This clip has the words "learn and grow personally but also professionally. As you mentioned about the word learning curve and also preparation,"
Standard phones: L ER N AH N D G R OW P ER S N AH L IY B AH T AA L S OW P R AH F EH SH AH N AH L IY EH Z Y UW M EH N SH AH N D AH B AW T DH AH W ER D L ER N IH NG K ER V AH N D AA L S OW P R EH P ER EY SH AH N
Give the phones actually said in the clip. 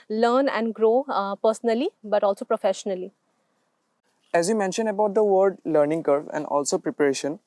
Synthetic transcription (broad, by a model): L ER N AH N D G R OW P ER S N AH L IY B AH T AA L S OW P R AH F EH SH AH N AH L IY EH Z Y UW M EH N SH AH N D AH B AW T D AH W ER D L ER N IH NG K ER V AH N D AA L S OW P R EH P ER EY SH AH N